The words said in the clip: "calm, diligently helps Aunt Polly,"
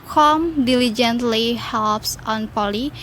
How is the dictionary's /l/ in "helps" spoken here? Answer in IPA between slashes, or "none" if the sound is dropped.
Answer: /l/